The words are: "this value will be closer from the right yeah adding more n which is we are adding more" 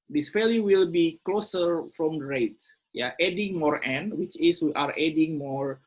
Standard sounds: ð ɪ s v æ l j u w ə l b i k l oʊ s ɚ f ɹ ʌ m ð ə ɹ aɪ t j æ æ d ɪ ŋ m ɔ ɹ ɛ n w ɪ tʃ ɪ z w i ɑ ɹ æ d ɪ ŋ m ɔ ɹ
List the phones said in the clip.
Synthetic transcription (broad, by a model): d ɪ s p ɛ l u w ə l b i k l oʊ s ɚ f ɹ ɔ m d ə ɹ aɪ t j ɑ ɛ d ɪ ŋ m ɔ ɹ ɛ n w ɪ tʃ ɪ s w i ɑ ɹ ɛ d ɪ ŋ m ɔ ɹ